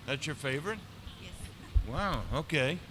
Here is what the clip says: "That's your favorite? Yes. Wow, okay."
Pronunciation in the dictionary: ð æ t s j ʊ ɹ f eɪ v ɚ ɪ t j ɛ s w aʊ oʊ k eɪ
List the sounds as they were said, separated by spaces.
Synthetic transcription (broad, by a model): ð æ t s j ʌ ɹ f eɪ v ɚ ɪ t j ɛ s w aʊ oʊ k eɪ